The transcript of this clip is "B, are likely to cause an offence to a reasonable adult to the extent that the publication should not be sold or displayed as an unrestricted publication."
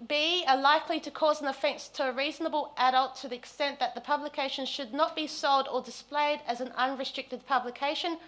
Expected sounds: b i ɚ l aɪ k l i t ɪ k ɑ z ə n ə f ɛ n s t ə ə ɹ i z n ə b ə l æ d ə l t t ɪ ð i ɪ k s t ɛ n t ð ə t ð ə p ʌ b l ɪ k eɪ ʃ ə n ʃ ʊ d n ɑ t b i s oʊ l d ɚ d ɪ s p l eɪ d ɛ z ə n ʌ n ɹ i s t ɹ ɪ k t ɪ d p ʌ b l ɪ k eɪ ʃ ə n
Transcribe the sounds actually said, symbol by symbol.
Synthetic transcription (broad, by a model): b i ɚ l aɪ k l i t ɪ k ɑ z ə n ə f ɛ n s t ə ə ɹ i z n ə b ə l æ d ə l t t ɪ ð i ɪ k s t ɛ n ð ə t ð ə p ʌ b l ɪ k eɪ ʃ ə n ʃ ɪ d n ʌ t b i s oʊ l d ɚ d ɪ s p l eɪ d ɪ z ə n ʌ n ɹ i s t ɹ ɪ k t ɪ d p ʌ b l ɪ k eɪ ʃ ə n